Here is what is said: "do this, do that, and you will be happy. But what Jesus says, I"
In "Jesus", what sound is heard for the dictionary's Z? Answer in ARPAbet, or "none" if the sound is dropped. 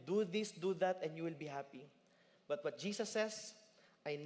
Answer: S